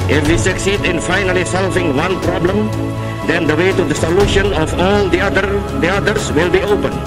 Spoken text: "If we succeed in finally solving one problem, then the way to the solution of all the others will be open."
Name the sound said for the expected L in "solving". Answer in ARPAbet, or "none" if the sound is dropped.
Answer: L